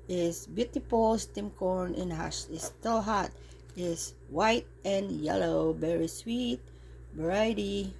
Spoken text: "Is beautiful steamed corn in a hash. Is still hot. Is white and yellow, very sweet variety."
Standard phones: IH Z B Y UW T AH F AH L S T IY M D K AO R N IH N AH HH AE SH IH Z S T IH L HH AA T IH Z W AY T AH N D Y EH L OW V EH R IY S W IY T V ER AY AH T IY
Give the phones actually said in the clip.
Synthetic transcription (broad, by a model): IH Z B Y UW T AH P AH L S T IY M K AO R N IH N HH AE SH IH S T IH L HH AA T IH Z W AY T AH N Y EH L OW V EH R IY S W IY T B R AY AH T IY